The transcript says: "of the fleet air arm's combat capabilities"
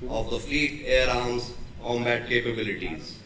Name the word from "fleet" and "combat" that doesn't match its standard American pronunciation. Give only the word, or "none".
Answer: combat